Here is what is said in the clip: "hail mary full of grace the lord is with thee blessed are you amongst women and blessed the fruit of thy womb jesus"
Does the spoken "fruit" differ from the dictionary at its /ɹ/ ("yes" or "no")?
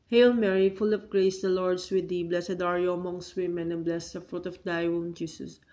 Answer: no